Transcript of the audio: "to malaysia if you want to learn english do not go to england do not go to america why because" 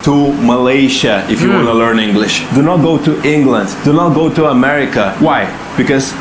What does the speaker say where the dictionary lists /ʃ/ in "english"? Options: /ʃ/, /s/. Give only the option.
/ʃ/